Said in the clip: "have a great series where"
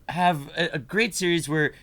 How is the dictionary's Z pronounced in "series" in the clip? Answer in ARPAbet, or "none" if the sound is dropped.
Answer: Z